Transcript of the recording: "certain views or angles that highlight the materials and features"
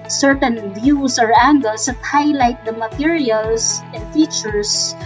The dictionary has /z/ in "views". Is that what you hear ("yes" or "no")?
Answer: no